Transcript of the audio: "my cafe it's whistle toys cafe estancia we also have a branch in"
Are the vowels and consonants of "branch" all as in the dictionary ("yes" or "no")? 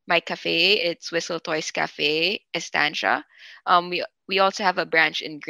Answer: yes